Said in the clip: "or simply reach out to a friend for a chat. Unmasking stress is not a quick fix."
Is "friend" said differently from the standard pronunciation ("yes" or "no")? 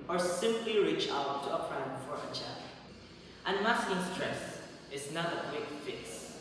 yes